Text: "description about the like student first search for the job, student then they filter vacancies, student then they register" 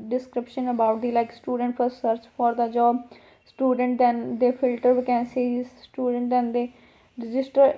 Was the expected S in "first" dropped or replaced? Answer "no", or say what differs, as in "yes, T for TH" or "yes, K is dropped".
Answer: yes, S is dropped